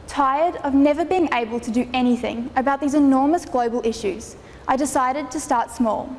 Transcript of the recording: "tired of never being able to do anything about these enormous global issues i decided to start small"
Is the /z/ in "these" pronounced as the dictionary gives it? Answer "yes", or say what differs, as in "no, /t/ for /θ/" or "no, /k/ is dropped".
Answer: yes